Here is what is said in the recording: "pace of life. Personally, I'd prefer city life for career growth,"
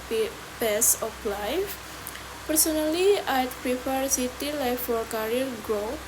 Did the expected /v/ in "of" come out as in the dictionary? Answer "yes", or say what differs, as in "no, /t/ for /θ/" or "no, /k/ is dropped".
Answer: no, /p/ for /v/